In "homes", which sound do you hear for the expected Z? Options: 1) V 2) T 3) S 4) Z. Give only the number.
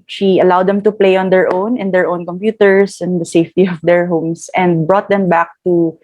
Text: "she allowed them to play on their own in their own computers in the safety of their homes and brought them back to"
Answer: 3